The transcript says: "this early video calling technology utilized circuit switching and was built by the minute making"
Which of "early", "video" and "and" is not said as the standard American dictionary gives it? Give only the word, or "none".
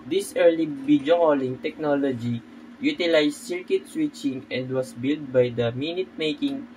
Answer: video